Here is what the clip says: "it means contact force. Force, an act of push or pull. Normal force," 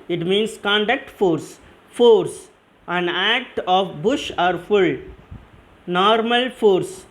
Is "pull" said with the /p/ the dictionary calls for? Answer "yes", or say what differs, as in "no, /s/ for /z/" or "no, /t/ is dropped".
no, /f/ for /p/